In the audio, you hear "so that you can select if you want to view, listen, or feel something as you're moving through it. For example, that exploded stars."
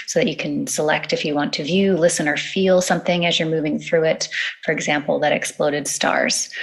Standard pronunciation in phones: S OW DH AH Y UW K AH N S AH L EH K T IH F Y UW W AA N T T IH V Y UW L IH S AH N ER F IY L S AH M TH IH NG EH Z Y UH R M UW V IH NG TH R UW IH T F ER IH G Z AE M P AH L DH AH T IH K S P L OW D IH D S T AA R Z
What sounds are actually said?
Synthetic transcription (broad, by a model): S OW DH AH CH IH K AH N S AH L EH K T IH F Y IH W AA N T T IH V Y UW L IH S AH N ER F IY L S AH M TH IH NG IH Z Y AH R M UW V IH NG TH R UW IH T F ER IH G Z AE M P L DH AH T IH K S P L OW D IH D S T AA R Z